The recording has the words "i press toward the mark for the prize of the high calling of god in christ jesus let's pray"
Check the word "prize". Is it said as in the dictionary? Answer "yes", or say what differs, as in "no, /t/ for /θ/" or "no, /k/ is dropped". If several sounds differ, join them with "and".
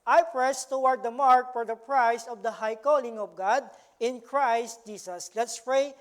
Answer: no, /s/ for /z/